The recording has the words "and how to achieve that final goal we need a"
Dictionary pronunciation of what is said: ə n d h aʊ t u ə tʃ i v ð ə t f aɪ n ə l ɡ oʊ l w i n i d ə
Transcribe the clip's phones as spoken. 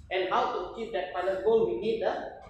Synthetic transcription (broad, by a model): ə n h aʊ t u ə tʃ i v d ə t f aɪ l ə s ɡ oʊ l w i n i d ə